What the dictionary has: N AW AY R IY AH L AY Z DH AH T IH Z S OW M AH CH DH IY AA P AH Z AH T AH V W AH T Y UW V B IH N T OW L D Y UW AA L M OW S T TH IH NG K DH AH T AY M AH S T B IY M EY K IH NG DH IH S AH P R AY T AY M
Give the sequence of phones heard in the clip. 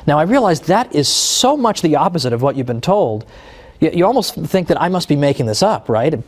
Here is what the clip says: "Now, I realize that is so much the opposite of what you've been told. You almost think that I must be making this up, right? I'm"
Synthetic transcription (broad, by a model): N AW AY R IY AH L AY Z DH AH T IH Z S OW M AH CH DH IY AA P AH Z AH T AH V W AH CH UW V B IH N T OW L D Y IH AA L M OW S T TH IH NG K DH AH T AY M AH S T B IY M EY K IH NG DH IH S AH P R AY T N